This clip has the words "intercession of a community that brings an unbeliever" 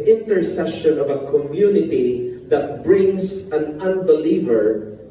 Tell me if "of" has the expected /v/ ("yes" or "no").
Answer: yes